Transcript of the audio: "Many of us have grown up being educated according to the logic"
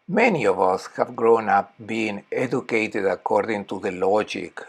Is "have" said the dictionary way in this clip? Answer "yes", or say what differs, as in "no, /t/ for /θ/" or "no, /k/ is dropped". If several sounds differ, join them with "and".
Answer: yes